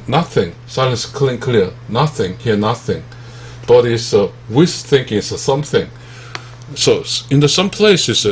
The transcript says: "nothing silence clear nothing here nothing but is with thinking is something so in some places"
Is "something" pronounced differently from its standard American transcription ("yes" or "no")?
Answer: no